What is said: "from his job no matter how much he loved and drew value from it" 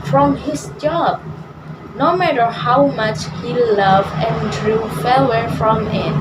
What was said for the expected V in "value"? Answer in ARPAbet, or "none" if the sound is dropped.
F